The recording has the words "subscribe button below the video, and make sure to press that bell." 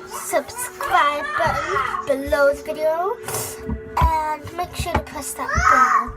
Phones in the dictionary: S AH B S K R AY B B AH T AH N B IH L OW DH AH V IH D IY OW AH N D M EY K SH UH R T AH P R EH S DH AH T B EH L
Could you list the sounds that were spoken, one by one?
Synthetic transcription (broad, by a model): S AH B S K R AY B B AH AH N B IH L OW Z V IH D IY OW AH N M EY K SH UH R T AH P UH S DH AH T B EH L